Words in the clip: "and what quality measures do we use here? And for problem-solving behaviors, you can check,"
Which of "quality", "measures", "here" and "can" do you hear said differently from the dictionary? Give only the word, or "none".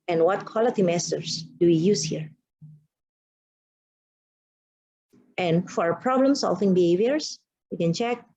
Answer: measures